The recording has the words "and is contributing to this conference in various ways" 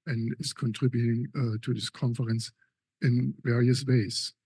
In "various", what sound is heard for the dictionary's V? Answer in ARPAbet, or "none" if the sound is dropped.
V